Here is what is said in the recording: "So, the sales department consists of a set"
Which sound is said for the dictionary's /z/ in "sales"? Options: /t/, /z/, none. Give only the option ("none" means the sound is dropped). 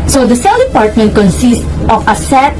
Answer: none